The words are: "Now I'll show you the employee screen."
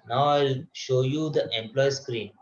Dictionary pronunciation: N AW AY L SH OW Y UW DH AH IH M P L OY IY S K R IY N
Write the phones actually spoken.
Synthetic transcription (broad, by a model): N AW AY L SH OW Y UW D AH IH M P L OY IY S K R IY N